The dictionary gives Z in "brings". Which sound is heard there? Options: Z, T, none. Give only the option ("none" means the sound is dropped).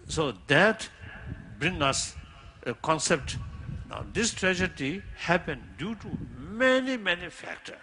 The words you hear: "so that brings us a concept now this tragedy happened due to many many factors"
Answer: none